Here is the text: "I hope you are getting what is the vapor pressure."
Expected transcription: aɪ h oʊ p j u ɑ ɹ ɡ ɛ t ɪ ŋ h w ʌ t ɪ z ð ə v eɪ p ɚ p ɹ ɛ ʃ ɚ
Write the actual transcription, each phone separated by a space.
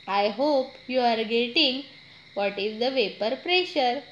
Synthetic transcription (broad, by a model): aɪ h oʊ p j u ɑ ɹ ɡ ɛ t ɪ ŋ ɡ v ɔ t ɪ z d ə v eɪ p ɚ p ɹ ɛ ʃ ɚ